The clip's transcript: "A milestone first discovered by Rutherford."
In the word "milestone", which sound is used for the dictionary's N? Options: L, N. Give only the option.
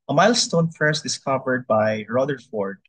N